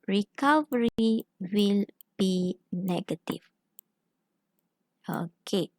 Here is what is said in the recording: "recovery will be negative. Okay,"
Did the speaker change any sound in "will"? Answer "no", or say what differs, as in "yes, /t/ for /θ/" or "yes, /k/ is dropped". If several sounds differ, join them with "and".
no